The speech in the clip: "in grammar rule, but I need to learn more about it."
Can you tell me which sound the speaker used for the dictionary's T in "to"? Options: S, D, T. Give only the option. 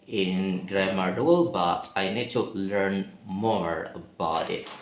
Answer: T